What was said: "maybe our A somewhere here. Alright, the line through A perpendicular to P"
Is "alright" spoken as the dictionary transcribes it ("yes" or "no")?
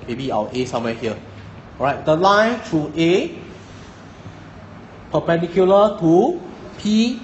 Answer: no